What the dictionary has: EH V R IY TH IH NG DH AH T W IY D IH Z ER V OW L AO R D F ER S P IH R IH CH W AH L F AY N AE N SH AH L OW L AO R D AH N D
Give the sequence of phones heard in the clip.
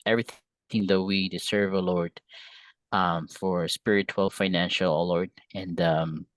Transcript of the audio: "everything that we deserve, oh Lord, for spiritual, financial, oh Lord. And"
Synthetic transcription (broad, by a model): EH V R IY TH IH NG DH AH T W IY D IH S ER V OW L AO R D F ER S P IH R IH CH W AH L F AY N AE N SH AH L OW L AO R D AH N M